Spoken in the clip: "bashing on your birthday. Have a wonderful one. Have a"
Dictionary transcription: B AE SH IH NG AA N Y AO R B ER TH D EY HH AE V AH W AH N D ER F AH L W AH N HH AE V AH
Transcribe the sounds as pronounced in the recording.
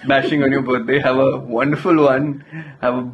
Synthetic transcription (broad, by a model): B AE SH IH NG AA N Y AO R B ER T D EY HH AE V AH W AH N D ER F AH L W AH N HH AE V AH